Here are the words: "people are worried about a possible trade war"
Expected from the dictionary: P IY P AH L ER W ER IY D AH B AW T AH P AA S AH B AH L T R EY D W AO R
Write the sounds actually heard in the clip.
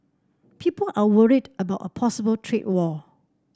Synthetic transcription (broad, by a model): P IY P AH L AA W ER IY D AH B AW T AH P AA S AH B AH L T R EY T W AO